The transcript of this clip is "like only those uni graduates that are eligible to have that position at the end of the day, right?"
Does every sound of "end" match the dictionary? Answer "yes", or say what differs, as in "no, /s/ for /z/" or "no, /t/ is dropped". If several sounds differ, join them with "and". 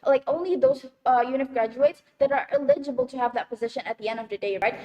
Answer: yes